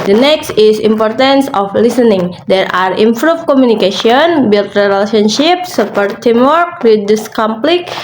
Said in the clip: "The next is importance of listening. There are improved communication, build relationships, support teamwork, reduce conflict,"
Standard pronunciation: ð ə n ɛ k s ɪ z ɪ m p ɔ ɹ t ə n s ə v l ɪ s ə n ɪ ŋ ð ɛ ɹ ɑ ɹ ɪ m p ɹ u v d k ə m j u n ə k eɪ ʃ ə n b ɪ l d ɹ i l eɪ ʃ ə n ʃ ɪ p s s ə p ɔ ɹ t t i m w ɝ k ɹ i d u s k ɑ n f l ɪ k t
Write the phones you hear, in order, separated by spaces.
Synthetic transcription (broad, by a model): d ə n ɛ k s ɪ s ɪ m p ɔ ɹ t ə n s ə f l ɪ s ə n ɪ ŋ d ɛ ɹ ɑ ɹ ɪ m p ɹ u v k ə m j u n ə k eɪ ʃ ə n b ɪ l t ɹ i l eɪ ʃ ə n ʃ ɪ p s s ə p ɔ ɹ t t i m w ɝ k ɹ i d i s k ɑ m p l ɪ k